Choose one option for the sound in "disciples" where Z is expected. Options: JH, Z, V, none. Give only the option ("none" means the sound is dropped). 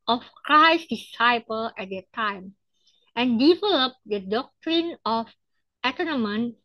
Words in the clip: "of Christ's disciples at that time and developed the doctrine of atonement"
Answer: none